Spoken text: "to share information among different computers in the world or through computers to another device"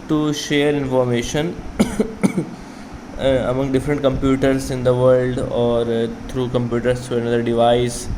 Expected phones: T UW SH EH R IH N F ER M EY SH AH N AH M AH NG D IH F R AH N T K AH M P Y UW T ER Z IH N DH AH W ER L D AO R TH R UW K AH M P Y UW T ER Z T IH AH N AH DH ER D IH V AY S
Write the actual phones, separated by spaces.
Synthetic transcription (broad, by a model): T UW SH EH R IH N F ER M EY SH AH N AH M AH NG D IH F R AH N T K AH M P Y UW T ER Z IH N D AH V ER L D AO R T R UW K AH M P Y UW T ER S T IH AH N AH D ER D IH V AY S